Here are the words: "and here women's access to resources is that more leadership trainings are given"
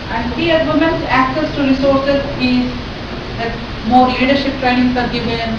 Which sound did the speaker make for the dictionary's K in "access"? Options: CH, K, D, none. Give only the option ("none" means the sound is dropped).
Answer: K